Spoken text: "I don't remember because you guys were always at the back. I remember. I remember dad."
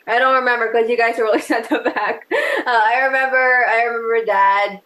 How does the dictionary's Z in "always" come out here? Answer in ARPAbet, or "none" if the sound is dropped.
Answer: S